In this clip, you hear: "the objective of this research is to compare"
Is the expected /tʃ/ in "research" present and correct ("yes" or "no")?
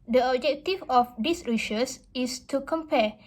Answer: no